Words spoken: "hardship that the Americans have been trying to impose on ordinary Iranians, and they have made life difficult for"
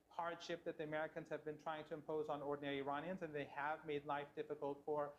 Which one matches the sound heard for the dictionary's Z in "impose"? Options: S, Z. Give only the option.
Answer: Z